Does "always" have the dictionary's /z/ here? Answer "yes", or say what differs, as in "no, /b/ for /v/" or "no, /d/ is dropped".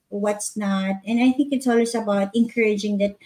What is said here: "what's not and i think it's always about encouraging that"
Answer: no, /s/ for /z/